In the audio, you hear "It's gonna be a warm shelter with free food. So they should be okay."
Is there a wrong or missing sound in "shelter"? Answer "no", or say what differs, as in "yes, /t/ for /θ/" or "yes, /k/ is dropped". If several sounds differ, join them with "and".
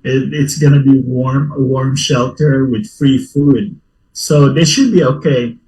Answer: no